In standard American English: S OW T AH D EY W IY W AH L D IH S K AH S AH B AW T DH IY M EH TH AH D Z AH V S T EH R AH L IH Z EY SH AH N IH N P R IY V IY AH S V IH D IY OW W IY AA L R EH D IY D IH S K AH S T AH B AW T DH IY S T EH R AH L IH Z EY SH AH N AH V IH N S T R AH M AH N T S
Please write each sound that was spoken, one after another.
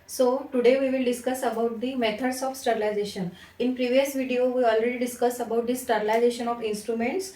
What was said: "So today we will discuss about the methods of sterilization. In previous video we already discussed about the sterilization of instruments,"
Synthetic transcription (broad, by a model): S OW T AH D EY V IY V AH L D IH S K AH S AH B AW T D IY M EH T AH D S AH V S T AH R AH L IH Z EY SH AH N IH N P R IY V IY AH S V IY D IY OW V IY AA L R EH D IY D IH S K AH S AH B AW T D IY S T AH R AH L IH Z EY SH AH N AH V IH N S T R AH M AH N T S